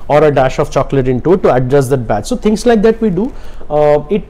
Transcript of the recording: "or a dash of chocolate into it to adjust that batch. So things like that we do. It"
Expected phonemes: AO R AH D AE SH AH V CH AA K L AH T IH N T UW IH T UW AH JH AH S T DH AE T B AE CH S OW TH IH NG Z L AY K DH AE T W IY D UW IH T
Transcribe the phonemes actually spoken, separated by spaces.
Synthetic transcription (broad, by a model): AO R AH D AE SH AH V CH AA K L AH T IH N T UW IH T UW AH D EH S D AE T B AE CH S OW T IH NG S L AY K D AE T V IY D UW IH T